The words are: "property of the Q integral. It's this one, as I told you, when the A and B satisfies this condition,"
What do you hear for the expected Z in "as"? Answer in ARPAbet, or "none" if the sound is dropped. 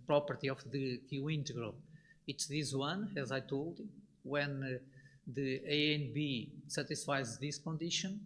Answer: Z